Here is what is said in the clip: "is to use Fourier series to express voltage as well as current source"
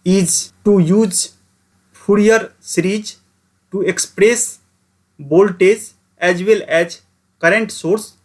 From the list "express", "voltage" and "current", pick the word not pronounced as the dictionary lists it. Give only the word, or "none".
voltage